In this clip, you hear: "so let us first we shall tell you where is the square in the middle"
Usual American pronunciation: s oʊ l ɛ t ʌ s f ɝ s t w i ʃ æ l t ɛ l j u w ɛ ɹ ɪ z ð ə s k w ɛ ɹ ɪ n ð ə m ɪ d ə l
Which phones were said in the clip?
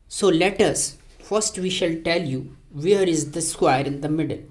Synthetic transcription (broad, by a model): s oʊ l ɛ t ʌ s f ɝ s t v i ʃ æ l t ɛ l j u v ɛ ɹ ɪ z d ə s k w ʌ ɹ ɪ n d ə m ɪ d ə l